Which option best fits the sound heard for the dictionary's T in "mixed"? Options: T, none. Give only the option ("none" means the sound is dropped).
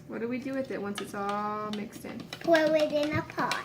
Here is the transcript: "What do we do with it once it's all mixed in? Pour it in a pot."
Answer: T